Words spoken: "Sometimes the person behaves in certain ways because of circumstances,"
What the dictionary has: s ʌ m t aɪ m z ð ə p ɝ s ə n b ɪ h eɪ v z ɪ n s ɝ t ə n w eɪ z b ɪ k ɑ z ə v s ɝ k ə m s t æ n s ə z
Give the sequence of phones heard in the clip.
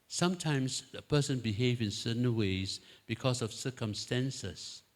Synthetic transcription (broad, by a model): s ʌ m t aɪ m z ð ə p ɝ s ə n b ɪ h eɪ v ɪ n s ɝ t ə n w eɪ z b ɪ k ɑ s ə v s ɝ k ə m s t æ n s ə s